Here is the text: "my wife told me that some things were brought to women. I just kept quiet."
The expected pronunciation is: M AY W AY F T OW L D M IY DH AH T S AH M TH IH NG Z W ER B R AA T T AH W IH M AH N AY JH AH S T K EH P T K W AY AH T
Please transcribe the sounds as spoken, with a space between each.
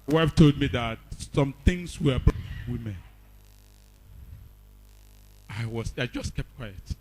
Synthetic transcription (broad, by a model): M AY W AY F T OW L D M IY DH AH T S AH M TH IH NG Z W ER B W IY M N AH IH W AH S AY JH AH S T K EH P T K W AY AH T